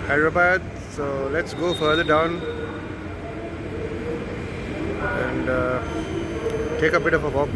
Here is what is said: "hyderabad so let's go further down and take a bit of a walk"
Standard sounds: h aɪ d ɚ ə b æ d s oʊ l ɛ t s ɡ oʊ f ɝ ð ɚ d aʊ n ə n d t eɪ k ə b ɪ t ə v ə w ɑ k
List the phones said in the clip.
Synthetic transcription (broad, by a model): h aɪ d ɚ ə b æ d s oʊ l ɛ t s ɡ oʊ f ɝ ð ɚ d aʊ n ə n d t eɪ k ə b ɪ t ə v ə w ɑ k